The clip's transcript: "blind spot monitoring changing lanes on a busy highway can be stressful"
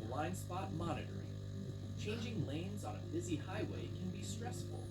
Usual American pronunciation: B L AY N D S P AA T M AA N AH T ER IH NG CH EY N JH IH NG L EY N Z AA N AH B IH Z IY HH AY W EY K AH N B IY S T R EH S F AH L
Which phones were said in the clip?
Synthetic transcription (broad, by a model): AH L AY N S P AA T M AA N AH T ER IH CH EY N JH IH NG L EY N Z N AH B IH Z IY HH AY W EY K AH N B IY S T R EH S F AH L